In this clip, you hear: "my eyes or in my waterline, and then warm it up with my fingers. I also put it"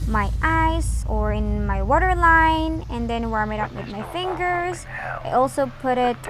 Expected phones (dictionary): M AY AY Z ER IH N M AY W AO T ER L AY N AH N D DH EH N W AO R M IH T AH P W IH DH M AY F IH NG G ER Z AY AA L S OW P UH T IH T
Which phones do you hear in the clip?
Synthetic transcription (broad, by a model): M AY AY S ER IH N M AY W AO T ER L AY N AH N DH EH N W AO R M IH T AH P W IH DH M AY F IH NG G ER Z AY AA L S OW P UH T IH T